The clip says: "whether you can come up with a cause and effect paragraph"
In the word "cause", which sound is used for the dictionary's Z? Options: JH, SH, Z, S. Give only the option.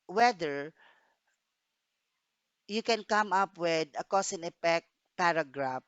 S